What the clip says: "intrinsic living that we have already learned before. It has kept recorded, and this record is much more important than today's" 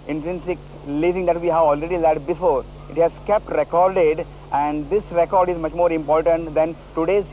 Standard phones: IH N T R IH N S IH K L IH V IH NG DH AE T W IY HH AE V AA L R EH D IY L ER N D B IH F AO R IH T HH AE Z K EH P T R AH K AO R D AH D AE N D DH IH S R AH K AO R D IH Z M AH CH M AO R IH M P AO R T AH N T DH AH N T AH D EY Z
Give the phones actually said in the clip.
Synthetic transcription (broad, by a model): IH N T R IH N S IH K L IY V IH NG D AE T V IY HH AE V AA L R EH D IY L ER D B IH F AO R IH T HH AE Z K EH P T R AH K AO R D AH D AE N D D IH S R AH K AO R D IH Z M AH CH M AO R IH M P AO R T AH N T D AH N T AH D EY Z